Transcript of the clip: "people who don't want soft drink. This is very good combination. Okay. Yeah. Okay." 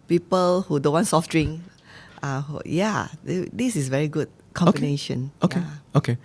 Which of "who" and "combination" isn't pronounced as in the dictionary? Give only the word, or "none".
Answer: combination